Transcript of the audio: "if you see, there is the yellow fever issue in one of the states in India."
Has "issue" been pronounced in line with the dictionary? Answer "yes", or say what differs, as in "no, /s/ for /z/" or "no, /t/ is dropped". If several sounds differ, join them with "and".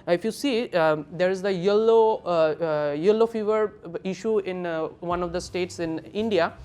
yes